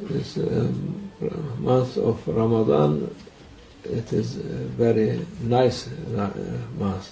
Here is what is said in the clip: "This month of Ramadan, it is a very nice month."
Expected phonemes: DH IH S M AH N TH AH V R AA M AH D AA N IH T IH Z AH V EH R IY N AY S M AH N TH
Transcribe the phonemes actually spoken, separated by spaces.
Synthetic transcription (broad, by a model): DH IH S M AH N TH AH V R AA M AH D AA N IH T IH Z V EH R IY N AY S M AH N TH